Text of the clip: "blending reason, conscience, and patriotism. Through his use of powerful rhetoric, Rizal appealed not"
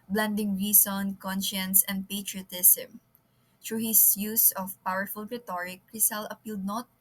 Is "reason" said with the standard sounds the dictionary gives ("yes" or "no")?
no